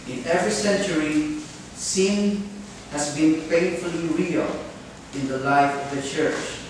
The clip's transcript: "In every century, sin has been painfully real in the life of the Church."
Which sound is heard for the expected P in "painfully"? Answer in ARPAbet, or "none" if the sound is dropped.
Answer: F